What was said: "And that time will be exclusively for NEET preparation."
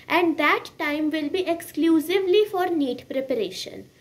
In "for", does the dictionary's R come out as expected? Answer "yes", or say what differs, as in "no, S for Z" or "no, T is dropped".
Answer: yes